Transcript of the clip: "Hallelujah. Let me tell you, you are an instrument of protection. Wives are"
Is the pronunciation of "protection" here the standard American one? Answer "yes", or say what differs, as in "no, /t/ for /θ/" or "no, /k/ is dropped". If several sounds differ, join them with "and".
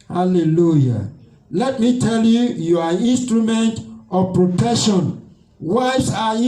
no, /k/ is dropped